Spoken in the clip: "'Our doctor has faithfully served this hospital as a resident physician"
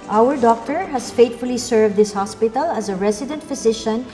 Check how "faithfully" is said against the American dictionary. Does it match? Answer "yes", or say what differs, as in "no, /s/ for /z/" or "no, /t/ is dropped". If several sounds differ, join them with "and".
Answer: no, /t/ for /θ/